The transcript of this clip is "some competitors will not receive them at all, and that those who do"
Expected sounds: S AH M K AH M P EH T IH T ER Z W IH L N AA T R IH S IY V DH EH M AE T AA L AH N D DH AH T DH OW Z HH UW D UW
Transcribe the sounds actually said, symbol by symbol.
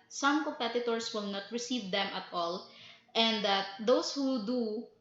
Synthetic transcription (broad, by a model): S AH M K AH M P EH T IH T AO S W IH L N AA T R IH S IY V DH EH M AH T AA L AH N D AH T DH OW S HH UW D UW